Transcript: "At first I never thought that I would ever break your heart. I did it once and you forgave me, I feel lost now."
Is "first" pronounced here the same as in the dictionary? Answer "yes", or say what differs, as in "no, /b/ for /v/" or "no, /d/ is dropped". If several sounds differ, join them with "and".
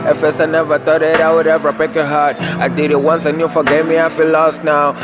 no, /t/ is dropped